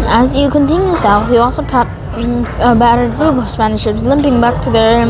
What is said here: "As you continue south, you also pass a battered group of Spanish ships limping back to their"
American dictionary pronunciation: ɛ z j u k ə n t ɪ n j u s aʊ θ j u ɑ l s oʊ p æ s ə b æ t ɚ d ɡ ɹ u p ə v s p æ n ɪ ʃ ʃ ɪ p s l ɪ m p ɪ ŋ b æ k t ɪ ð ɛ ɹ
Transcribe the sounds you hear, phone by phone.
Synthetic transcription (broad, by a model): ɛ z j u k ə n t ɪ n j u s aʊ θ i ɑ l s oʊ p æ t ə b æ t ɚ d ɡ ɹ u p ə s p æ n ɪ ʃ ʃ ɪ p s l ɪ m p ɪ ŋ b æ k t ɪ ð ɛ ɹ